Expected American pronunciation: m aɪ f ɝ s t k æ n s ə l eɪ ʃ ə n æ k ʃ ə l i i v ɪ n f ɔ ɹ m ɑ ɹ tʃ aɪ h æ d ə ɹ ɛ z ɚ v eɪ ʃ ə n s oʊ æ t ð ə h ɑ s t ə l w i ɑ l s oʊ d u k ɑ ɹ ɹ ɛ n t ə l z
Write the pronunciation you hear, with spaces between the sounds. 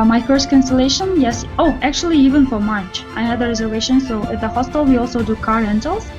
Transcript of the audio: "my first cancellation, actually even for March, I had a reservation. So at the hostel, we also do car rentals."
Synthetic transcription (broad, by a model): m aɪ f ɝ s t k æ n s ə l eɪ ʃ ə n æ k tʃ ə l i i v ɪ n f ɔ ɹ m ɑ ɹ tʃ aɪ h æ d ə ɹ ɛ z ɚ v eɪ ʃ ə n s oʊ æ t ð ə h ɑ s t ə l w i ɑ l s oʊ d u k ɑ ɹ ɹ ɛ n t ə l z